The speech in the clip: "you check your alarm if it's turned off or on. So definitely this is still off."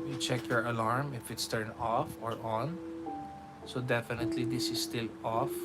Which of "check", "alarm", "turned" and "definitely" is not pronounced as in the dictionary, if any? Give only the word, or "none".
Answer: turned